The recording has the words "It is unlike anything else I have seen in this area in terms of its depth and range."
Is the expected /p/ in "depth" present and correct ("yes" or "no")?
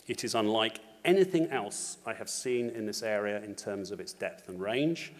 yes